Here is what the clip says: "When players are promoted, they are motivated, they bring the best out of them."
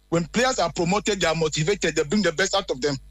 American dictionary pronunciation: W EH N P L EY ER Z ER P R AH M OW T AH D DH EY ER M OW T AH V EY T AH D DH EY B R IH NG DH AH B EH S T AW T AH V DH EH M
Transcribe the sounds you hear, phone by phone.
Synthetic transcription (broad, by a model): W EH N P L EY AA S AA P R AH M OW T AH D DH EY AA M OW T AH V EY T AH D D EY B R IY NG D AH B EH S T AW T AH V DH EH M